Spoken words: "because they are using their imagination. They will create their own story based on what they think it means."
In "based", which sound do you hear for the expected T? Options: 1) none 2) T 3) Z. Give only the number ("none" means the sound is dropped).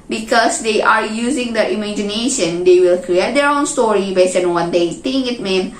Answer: 1